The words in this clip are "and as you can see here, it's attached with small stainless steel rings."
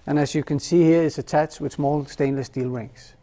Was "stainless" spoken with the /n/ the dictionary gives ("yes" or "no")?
yes